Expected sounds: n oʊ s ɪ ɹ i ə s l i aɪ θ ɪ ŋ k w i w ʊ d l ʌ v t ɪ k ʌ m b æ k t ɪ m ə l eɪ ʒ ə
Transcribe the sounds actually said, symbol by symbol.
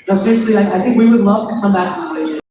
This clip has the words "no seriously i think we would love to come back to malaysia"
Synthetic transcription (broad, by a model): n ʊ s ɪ l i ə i aɪ θ ɪ ŋ k w i w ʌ d l ʌ v t ɪ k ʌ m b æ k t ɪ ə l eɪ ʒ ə